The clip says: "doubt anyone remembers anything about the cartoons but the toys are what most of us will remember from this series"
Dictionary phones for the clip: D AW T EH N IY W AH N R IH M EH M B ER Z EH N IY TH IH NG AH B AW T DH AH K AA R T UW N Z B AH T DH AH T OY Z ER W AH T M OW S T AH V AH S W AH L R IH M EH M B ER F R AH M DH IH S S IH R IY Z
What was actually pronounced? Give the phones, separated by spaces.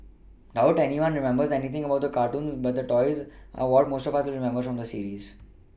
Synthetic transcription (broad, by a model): D AW T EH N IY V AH N R IH M EH M B ER Z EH N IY T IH NG AH B AW T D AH K AA R T UW N Z B AH T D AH T OY Z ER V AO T M OW S T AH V AH S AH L R IH M EH M B ER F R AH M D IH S S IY R IY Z